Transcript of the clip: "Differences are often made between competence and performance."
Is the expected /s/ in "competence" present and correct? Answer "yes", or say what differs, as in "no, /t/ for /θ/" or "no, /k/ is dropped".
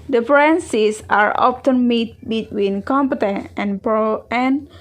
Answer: no, /s/ is dropped